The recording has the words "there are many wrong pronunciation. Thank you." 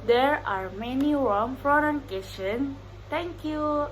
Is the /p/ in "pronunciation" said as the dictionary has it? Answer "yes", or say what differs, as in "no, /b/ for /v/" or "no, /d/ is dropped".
no, /f/ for /p/